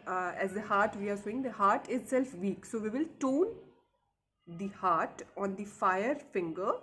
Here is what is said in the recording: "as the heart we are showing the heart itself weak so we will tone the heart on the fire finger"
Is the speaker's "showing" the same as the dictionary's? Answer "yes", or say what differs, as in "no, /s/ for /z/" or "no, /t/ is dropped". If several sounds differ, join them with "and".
no, /s/ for /ʃ/